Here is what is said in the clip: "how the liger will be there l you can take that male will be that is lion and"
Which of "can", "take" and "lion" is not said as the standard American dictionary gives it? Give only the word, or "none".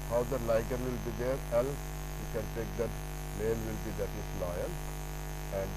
lion